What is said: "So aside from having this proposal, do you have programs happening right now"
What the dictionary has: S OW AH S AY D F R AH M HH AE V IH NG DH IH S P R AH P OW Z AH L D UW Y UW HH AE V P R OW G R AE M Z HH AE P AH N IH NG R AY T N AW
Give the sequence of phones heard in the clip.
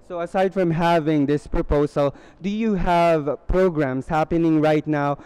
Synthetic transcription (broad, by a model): S OW AH S AY D F R AH M HH AE V IH NG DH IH S P R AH P OW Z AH L D UW Y UW HH AE V P R OW G R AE M S HH AE P AH N IH NG R AY T N AW